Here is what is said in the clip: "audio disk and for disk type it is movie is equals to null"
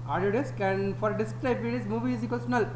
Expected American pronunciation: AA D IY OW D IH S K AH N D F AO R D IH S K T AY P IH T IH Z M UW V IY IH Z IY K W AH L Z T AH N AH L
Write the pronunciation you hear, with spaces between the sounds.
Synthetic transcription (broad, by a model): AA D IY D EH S K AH N F AO R D IH S K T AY B IH T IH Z M UW V IY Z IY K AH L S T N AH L